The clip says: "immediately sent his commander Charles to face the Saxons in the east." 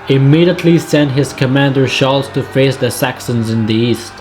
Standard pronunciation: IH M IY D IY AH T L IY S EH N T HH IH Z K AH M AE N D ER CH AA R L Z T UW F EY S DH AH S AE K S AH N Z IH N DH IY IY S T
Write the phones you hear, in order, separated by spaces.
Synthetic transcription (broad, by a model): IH M IY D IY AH T L IY S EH N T HH IH Z K AH M AE N D ER SH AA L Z T UW F EY S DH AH S AE K S AH N Z IH N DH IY IY S T